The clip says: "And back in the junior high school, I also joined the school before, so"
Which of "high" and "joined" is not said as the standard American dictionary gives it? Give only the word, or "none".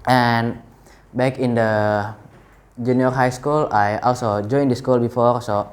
none